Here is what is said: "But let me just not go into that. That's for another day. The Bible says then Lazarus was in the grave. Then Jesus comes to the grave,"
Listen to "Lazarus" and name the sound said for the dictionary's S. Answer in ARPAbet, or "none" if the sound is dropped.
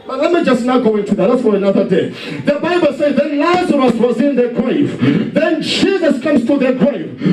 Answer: S